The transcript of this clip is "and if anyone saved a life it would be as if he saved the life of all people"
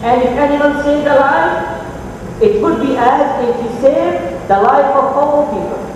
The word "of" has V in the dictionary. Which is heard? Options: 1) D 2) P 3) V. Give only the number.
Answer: 2